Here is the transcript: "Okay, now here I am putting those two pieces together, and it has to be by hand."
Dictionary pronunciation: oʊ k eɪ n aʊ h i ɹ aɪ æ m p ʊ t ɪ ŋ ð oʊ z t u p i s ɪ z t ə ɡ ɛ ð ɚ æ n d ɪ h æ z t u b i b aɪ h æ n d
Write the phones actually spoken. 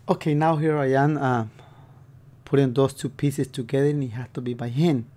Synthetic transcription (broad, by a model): oʊ k eɪ n aʊ h i ɹ aɪ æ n p ʊ t ɪ ŋ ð oʊ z t u p i s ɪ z t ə ɡ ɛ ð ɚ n ɪ h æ s t u b i b aɪ h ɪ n